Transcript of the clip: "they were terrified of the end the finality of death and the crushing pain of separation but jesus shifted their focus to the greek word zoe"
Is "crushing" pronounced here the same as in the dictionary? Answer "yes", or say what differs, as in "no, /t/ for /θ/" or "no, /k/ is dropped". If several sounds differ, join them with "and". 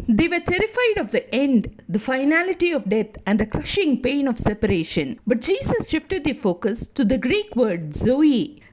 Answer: yes